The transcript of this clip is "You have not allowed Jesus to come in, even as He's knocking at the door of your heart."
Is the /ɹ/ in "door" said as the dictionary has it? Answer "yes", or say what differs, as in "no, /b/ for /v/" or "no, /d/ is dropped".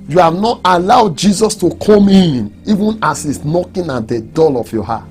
no, /l/ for /ɹ/